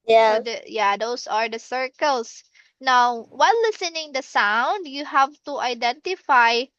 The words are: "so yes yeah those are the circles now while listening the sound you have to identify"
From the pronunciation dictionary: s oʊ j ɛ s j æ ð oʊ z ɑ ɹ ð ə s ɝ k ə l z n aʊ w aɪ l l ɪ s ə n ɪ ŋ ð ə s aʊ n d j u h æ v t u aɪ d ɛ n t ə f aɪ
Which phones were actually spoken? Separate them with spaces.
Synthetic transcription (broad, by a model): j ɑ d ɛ j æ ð oʊ s ɑ ɹ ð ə s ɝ k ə l s n aʊ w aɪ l l ɪ s ə n ɪ ŋ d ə s aʊ n d j u h æ v t u aɪ d ɛ n t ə f aɪ